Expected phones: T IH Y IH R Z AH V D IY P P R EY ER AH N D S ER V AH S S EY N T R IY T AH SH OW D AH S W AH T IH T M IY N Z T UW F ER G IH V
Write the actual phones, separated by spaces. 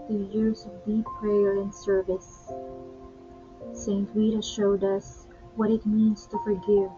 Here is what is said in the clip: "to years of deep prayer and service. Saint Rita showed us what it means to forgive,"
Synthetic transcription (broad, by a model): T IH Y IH R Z AH V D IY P P R EY ER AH N S ER V AH S S EY N T W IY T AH SH OW D AH S W AH T IH T M IY N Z T UW F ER G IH V